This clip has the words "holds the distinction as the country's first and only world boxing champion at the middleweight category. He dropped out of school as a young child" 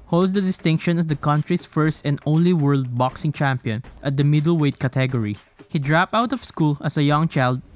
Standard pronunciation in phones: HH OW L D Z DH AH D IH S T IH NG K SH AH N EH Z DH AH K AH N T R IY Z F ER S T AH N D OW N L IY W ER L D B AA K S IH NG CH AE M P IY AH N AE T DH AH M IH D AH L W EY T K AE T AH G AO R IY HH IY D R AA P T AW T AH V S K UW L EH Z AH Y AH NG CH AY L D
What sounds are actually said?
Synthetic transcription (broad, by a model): HH OW L D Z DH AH D IH S T IH NG K SH AH N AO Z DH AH K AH N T R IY S F ER S T AH N D OW N L IY W ER L D B AA K S IH NG CH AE M P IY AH N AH T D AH M IH D AH L W EY T K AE T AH G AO R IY HH IY D R AA P T AW T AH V S K UW L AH S AH Y AH NG CH AY L D